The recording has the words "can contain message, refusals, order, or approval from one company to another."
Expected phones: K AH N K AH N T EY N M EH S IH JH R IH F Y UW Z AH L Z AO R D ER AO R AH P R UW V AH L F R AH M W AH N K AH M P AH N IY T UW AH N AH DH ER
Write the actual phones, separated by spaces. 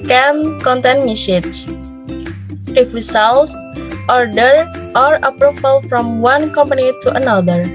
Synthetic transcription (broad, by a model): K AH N K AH N T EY N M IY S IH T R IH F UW S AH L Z AO R D ER AO R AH P R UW F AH L F R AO M W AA N K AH M P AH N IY T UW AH N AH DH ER